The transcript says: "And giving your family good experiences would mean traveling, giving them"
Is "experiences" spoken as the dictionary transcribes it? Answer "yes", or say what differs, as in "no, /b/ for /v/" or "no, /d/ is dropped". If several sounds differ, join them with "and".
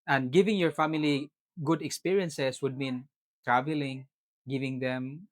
no, /s/ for /z/